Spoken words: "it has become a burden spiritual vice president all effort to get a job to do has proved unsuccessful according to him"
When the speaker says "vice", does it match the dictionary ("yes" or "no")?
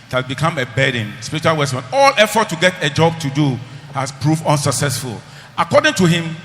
no